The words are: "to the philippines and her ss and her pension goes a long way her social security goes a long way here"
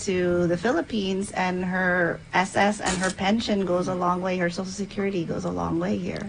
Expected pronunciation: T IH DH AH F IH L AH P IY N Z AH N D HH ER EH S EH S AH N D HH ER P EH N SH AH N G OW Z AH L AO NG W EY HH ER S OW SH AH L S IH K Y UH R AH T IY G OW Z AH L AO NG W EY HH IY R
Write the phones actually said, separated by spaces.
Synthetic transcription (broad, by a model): T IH DH AH F IH L AH P IY N Z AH N HH ER EH S EH S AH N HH ER P EH N SH AH N G OW Z AH L AO NG W EY HH ER S OW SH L S IH K Y UH R AH T IY G OW Z AH L AO NG W EY HH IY R